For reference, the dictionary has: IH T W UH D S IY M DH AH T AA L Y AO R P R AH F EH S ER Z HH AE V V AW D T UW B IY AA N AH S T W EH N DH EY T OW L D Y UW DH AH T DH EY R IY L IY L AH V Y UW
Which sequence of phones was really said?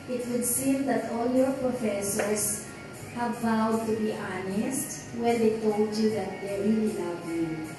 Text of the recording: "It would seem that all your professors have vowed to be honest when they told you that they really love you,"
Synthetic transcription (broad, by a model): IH T W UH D S IY M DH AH T AA L Y AO R P R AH F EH S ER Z HH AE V V AW D T UW B IY AA N AH S T W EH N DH EY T OW L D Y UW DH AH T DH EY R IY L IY N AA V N